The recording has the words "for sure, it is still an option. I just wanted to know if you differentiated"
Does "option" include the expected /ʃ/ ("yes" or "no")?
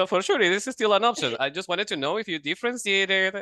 no